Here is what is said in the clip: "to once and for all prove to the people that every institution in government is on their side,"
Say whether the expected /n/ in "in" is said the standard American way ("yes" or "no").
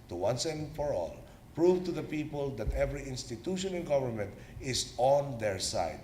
no